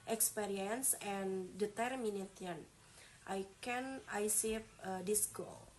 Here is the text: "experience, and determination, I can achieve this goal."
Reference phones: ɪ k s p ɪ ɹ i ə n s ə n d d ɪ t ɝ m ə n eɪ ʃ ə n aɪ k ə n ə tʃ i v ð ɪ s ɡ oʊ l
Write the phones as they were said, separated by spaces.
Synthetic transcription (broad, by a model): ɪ k s p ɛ ɹ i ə n s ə n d d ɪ t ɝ m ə n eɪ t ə n aɪ k ə n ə s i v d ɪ s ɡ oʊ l